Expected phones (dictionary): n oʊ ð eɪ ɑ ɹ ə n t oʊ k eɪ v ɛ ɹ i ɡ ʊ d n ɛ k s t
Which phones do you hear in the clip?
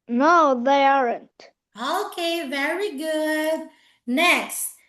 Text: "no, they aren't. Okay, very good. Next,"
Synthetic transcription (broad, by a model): n oʊ ð eɪ ɑ ɹ ə n t oʊ k eɪ v ɛ ɹ i ɡ ʊ d n ɛ k s t